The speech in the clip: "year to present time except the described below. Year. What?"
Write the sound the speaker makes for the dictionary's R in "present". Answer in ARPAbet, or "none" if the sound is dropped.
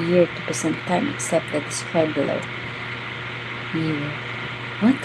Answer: none